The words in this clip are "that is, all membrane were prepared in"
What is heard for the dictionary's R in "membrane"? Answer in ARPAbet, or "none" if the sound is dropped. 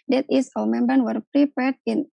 none